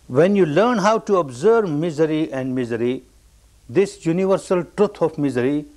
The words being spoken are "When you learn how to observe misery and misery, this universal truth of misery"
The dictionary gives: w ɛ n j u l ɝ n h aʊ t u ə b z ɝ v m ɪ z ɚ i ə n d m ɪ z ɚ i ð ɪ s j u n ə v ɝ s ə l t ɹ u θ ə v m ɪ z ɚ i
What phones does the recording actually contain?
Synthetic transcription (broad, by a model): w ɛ n j u l ɝ n h aʊ t u ə b z ɝ v m ɪ z ɚ i ə n d m ɪ z ɚ i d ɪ s j u n ə v ɝ s ə l t ɹ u t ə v m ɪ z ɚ i